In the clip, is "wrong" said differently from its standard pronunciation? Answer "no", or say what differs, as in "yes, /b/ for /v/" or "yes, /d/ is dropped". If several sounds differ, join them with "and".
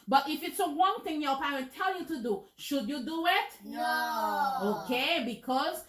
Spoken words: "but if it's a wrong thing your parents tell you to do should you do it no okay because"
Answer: yes, /w/ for /ɹ/